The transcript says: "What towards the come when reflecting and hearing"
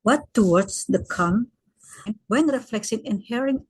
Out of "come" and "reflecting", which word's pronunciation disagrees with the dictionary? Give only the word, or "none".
reflecting